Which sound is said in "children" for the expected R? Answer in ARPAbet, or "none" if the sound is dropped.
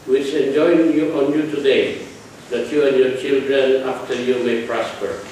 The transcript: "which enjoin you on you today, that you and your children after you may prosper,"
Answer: R